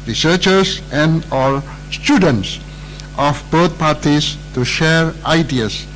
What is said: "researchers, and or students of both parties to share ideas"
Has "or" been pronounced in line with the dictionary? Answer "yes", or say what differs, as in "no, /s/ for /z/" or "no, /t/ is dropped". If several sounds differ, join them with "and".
no, /l/ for /ɹ/